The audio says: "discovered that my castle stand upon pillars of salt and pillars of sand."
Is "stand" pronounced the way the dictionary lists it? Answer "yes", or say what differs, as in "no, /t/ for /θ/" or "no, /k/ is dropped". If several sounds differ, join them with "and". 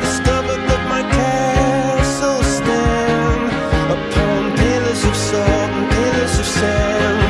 no, /d/ is dropped